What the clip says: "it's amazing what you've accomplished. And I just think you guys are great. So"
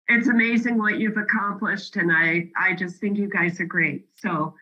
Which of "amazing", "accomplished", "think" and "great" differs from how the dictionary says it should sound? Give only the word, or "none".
none